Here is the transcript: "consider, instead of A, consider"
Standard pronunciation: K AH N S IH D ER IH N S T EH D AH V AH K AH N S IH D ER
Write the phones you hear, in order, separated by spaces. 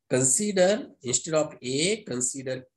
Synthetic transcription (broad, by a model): K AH N S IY D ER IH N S T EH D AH P AH K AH N S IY D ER